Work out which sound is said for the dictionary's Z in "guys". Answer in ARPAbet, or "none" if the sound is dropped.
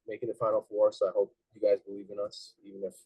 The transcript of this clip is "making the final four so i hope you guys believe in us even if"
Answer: Z